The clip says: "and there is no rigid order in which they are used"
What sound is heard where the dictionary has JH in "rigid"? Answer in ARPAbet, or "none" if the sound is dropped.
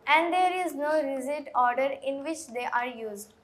Z